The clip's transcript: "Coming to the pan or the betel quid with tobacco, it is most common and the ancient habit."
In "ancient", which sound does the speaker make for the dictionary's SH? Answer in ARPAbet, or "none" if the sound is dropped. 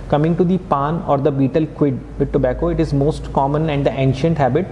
SH